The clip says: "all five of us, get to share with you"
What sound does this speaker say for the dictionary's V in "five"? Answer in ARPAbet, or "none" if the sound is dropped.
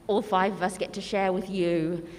V